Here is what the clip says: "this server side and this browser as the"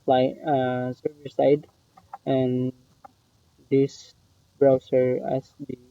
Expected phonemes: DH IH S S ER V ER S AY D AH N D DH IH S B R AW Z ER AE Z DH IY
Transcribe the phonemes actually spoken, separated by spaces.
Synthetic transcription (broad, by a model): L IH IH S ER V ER S AY D AH N D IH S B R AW S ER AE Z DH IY